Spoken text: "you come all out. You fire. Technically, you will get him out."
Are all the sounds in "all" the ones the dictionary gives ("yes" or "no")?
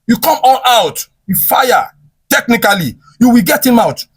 no